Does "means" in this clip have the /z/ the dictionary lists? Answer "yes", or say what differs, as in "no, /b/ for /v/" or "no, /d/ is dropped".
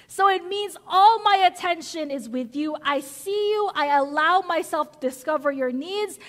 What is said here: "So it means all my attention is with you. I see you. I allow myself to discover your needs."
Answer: yes